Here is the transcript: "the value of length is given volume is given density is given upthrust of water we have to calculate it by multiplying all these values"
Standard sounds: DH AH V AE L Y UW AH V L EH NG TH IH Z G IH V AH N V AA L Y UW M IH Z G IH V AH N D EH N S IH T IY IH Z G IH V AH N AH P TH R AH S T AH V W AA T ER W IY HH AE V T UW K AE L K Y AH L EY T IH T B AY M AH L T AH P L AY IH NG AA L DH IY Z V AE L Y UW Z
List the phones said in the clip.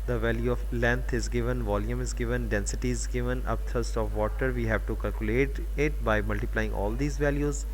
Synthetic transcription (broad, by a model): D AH V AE L Y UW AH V L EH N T IH Z G IH V AH N V AA L Y UW M IH Z G IH V AH N D EH N S IH T IY IH Z G IH V AH N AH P T R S T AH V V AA T ER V IY HH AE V T UW K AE L K Y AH L EY T IH T B AY M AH L T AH P L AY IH NG AA L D IY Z V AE L Y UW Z